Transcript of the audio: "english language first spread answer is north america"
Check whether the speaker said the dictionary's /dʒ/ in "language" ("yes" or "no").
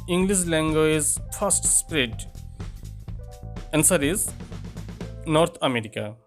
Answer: no